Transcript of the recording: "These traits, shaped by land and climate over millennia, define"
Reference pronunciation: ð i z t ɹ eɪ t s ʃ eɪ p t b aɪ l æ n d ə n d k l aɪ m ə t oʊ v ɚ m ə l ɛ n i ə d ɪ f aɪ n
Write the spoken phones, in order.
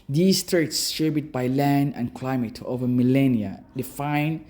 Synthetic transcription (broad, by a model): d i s t ɹ eɪ t s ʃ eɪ b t b aɪ l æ n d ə n k l aɪ m ə t oʊ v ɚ m ə l ɛ n i ə d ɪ f aɪ n